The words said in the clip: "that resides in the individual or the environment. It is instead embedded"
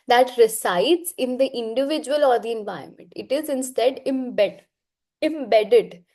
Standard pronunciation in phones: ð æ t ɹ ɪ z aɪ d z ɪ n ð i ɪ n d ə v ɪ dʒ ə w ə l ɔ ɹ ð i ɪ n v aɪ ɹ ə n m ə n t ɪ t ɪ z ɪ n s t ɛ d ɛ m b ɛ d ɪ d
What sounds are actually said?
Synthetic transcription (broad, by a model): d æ t ɹ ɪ s aɪ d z ɪ n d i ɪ n d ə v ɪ dʒ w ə l ɔ ɹ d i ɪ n v aɪ ə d m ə n t ɪ t ɪ z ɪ n s t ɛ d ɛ m b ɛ d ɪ d